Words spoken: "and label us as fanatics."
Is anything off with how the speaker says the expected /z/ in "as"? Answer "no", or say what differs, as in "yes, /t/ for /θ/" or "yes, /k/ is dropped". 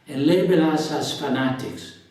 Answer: yes, /s/ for /z/